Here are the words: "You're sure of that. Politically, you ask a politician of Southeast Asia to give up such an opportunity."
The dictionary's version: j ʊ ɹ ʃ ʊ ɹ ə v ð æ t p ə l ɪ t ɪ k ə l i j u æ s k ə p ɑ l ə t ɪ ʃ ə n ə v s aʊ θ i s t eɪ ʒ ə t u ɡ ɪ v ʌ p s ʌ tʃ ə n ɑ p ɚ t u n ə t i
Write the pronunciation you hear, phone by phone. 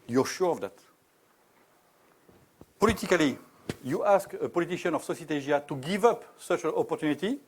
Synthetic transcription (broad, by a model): j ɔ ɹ ʃ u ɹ ə v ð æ t p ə l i t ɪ k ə l i j u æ s k ə p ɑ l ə t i ʃ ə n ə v s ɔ s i t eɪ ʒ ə t u ɡ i v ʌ p s ʌ tʃ ə n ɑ p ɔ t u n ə t i